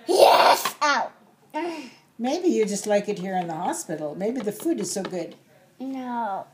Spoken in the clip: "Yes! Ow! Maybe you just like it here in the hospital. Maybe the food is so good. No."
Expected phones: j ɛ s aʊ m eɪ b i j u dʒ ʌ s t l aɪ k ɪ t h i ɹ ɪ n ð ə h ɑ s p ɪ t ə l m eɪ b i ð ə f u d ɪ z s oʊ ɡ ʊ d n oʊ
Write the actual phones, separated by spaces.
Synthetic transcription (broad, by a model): j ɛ s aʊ m eɪ b i j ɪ dʒ ʌ s t l aɪ k ɪ t h i ɹ ɪ n ð ə h ɑ s p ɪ t l m eɪ b i ð ə f u d ɪ z s oʊ ɡ ʊ d n oʊ